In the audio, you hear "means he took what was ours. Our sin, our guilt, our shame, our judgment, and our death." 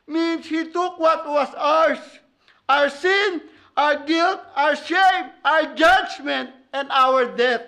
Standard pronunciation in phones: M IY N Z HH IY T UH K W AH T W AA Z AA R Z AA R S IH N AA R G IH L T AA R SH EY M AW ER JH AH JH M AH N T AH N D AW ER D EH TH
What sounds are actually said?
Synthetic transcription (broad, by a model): M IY N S HH IY T UH K W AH T W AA S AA R S AA R S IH N AA R G IH L T AA R SH EY M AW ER JH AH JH M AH N T AH N D AW ER D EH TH